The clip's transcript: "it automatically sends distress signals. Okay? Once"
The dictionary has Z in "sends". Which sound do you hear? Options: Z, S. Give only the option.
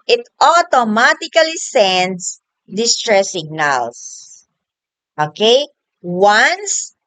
S